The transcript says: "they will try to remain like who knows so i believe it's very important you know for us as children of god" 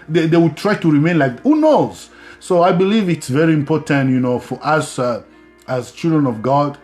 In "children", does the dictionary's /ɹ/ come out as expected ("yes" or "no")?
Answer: yes